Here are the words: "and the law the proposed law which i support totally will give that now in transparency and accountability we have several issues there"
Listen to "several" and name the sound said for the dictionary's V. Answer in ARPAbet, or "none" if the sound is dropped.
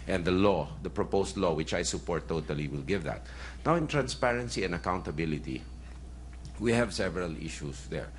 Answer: V